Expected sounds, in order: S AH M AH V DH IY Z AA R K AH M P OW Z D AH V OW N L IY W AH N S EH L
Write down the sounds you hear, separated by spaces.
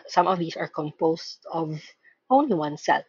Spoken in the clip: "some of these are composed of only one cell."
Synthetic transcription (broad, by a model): S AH M AH V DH IY S AA R K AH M P OW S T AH V OW N L IY W AH N S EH L